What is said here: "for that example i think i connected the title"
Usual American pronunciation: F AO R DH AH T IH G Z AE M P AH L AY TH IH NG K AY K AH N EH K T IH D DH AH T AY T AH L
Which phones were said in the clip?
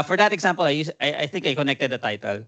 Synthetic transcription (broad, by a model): F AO R DH AH T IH G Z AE M P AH L AY TH IH NG K AY K AH N EH K T IH D DH AH T AY T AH L